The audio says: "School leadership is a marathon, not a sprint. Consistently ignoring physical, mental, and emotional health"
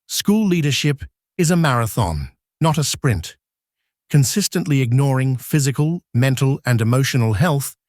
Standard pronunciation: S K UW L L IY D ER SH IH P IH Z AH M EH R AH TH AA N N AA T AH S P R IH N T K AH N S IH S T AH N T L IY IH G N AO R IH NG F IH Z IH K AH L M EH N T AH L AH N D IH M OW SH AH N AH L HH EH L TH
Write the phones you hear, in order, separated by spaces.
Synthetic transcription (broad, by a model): S K UW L L IY D ER SH IH P IH Z AH M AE R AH TH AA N N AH T AH S P R IH N T K AH N S IH S T AH N T L IY IH G N AO R IH NG F IH Z IH K AH L M EH N T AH L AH N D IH M OW SH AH N L HH EH L TH